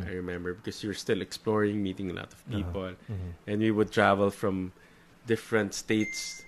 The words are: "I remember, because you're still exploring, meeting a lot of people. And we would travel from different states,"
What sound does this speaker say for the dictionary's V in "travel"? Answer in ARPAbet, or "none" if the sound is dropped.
V